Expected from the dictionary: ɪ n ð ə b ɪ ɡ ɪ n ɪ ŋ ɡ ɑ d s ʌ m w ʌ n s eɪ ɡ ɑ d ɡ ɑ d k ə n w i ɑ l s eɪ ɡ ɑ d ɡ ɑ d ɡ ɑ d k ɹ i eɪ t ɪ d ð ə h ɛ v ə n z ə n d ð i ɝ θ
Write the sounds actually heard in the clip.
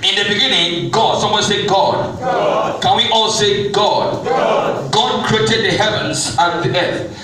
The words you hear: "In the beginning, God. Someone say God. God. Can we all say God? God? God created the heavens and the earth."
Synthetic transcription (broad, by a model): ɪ n ð ə b ɪ ɡ ɪ n ɪ ŋ ɡ ɑ d s ʌ m w ʌ n s eɪ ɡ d ɡ ɑ d k ə n w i ɑ l s eɪ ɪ ɡ ɑ d ɡ ɑ d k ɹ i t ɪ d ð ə h ɛ v ə n z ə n ð i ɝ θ